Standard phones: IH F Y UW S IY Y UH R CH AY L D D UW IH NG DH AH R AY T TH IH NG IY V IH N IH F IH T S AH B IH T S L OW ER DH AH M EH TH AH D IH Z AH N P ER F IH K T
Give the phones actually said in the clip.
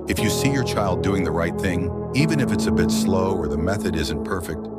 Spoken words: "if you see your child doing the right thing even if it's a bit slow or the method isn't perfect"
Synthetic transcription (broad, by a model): IH F Y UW S IY Y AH R CH AY L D D UW IH NG DH AH R AY T TH IH NG IY V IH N IH F IH T S AH B IH T S L OW ER DH AH M EH TH AH D IH Z AH N P ER F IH K T